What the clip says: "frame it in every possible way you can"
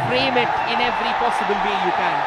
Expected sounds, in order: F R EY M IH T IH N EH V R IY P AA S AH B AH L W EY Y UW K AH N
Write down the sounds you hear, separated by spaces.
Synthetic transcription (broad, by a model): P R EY M IH T IH N EH V R IY P AA S AH B AH L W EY Y UW K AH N